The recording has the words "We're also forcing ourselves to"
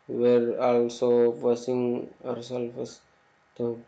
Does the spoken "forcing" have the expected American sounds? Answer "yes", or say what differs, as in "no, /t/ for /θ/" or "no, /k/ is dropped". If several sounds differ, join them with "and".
no, /p/ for /f/